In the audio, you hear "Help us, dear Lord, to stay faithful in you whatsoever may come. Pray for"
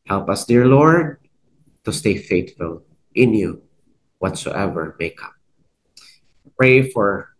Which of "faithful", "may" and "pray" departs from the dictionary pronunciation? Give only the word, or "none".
faithful